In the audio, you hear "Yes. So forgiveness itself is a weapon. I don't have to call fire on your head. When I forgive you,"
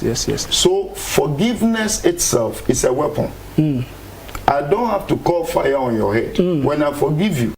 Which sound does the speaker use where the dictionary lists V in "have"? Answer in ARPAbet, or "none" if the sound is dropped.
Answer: F